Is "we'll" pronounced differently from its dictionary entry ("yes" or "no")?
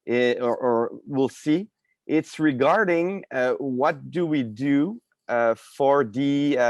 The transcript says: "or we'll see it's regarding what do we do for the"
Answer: no